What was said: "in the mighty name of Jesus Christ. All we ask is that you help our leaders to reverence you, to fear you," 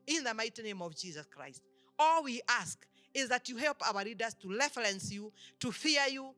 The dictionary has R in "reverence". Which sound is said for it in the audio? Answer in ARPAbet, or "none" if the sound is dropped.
L